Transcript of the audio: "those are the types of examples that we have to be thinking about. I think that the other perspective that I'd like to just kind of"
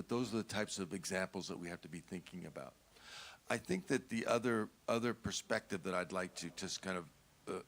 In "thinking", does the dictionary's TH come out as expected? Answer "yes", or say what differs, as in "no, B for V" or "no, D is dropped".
yes